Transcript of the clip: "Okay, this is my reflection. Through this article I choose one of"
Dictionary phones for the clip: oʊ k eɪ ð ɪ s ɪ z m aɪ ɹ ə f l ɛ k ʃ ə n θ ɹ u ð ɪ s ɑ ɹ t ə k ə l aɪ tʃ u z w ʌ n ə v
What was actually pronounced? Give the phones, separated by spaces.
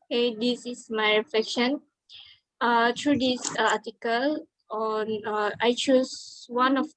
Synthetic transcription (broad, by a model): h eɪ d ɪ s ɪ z m aɪ ɹ ə f l ɛ k ʃ ə n t ɹ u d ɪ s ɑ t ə k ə l aɪ tʃ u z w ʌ n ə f